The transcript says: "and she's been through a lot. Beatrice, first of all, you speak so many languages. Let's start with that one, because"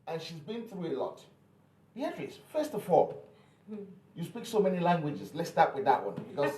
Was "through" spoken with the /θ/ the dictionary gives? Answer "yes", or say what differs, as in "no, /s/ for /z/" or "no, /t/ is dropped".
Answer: yes